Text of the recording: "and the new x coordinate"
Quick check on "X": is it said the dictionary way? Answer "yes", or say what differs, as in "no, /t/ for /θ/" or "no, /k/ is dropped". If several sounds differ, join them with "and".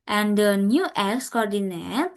yes